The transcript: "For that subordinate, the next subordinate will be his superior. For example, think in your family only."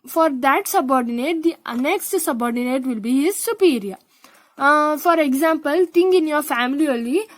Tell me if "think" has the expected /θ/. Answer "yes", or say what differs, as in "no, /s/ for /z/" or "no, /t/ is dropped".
no, /t/ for /θ/